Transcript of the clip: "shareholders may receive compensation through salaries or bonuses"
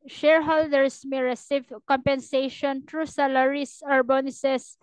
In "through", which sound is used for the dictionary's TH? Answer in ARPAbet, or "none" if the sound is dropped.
T